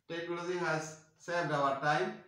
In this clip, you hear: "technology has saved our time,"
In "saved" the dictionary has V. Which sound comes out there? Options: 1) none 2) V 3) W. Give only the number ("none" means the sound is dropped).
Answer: 1